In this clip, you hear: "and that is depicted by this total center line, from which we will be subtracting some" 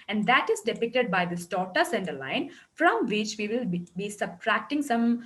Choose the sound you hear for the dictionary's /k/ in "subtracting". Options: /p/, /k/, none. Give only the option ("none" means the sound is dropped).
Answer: /k/